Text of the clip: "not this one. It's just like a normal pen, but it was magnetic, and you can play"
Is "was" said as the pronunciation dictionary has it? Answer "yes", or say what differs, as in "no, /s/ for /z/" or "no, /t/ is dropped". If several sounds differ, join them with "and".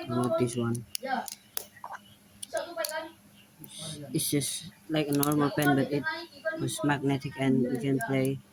no, /s/ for /z/